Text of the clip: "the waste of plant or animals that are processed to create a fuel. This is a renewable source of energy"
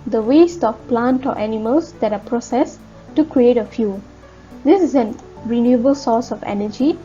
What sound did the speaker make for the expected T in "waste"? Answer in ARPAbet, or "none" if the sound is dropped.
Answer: T